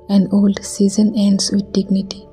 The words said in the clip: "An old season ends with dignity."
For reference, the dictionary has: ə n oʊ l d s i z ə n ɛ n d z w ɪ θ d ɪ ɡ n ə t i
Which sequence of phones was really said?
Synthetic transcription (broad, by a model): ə n oʊ l d s i z ə n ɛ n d s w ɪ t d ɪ ɡ n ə t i